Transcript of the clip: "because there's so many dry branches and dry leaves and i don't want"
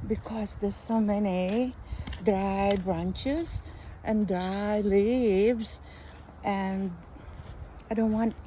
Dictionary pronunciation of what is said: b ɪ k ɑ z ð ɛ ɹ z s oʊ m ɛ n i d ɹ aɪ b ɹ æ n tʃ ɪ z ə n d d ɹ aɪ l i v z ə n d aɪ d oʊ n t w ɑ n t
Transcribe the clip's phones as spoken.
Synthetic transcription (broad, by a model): b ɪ k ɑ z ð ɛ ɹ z s oʊ m ɛ n i d ɹ aɪ b ɹ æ n tʃ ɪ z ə n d d ɹ aɪ l i v z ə n aɪ d oʊ n t w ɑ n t